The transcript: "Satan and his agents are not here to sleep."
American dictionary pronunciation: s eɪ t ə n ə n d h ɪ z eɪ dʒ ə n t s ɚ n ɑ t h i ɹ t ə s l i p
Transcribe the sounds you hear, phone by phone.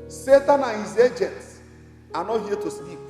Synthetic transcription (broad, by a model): s eɪ t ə n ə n h ɪ z eɪ dʒ ə n t s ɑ n ɑ t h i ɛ t ə s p i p